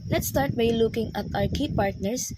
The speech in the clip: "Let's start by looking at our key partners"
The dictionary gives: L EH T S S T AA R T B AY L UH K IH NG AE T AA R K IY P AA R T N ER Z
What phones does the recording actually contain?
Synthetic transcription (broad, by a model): L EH T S S T AA R T B AY L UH K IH NG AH T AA W K IY P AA R T N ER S